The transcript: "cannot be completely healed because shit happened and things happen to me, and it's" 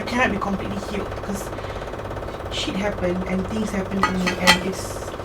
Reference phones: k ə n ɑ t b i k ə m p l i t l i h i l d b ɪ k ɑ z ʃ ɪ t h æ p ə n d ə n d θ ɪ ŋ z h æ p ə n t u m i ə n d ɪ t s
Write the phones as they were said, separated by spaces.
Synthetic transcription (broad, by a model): k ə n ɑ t b i k ə m p l i t l i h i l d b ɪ k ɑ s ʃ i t h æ p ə n ə n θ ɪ ŋ s h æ p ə n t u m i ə n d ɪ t s